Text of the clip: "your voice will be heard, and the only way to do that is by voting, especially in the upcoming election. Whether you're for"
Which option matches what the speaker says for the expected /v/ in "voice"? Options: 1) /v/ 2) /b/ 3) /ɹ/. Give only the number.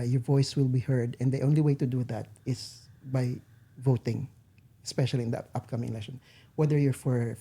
1